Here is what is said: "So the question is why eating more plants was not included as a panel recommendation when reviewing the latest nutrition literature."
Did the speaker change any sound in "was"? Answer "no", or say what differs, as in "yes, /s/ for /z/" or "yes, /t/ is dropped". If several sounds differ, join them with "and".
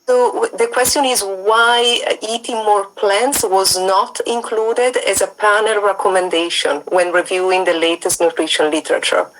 no